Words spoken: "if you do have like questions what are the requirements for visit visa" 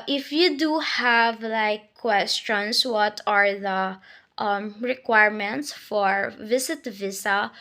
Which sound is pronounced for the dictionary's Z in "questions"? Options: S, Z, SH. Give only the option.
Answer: S